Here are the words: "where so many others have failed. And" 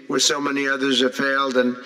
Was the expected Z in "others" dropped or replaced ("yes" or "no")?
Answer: no